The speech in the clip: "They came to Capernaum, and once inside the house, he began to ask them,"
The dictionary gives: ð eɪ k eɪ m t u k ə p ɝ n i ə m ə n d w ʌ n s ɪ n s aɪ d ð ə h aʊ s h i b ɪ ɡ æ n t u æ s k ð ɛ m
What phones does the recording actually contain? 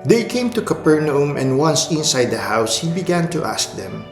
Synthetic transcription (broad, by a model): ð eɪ k eɪ m t u k ə p ɝ n i ə m ə n d w ʌ n s ɪ n s aɪ d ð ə h aʊ s h i b ɪ ɡ æ n t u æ s k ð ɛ m